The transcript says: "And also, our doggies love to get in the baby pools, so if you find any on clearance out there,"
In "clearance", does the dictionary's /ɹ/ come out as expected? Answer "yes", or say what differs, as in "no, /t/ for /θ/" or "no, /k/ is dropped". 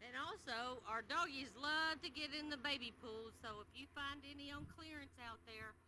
yes